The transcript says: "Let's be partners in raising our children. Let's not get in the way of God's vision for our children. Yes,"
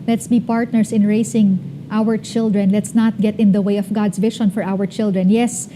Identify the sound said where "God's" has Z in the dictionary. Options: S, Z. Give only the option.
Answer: S